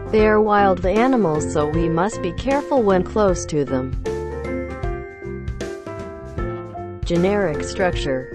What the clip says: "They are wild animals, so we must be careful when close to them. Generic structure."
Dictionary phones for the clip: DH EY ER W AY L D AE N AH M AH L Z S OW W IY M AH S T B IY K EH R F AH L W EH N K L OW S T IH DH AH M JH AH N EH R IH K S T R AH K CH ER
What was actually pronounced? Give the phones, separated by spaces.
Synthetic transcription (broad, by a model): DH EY ER W AY L D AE N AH M L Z S OW W IY M AH S T B IY K EH R F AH L W EH N K L OW S T IH DH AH M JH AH N EH R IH K S T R AH K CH ER